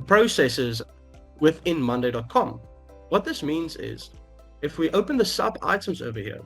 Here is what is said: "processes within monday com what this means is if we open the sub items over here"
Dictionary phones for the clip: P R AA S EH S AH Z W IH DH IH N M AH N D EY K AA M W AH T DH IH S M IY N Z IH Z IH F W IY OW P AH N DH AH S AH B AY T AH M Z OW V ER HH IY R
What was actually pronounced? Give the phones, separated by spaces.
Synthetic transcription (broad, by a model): P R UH S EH S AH Z W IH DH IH N M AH N D EY K AA M W AH T DH IH S M IY N Z IH Z IH F W IY OW P AH N DH AH S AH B AY T AH M Z OW V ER HH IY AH